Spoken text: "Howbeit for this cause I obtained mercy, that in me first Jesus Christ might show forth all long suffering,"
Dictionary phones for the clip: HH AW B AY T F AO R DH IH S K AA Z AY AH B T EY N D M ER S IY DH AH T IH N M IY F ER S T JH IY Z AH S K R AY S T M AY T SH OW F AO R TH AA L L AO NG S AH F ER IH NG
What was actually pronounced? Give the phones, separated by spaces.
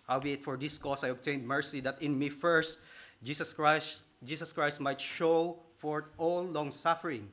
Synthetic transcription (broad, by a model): HH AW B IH T F AO R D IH S K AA S AY AH B T EY N D M ER S IY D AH T IH N M IY F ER S T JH IY S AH S K R AY S T M AY T SH OW F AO R T AA L L AO NG S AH F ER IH NG